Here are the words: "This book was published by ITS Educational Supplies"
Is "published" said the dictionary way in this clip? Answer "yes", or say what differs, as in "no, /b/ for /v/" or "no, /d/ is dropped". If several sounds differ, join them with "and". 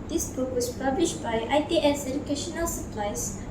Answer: yes